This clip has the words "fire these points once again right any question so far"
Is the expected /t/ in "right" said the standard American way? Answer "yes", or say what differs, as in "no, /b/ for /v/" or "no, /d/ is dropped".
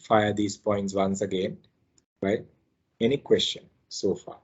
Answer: no, /t/ is dropped